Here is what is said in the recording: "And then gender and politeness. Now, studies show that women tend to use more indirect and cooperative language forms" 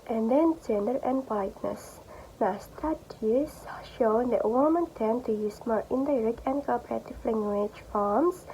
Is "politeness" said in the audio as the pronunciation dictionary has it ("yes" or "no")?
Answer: no